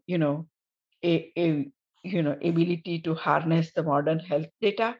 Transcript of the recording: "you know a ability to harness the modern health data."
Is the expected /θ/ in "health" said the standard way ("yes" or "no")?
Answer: no